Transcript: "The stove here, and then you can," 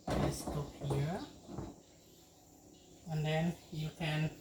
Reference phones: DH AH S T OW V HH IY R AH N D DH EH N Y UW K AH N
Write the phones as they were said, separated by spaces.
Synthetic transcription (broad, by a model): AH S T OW P HH IY R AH N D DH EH N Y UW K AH N